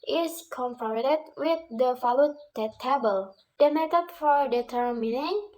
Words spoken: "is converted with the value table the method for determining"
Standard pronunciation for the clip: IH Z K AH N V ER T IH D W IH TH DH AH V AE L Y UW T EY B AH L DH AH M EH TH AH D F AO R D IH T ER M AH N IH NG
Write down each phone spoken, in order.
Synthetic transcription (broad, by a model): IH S K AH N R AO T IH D W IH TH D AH F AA L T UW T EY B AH L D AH M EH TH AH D F AO R D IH T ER M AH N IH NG